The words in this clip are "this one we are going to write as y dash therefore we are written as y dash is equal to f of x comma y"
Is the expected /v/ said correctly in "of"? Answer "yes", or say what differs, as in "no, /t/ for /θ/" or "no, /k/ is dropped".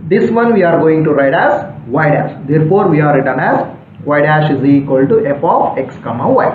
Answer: no, /p/ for /v/